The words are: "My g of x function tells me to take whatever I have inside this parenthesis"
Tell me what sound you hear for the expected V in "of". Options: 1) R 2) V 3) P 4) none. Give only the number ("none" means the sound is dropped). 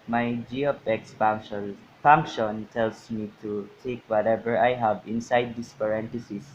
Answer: 3